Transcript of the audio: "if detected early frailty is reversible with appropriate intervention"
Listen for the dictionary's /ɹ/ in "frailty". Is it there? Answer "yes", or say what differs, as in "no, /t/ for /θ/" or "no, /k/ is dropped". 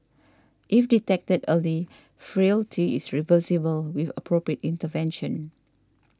yes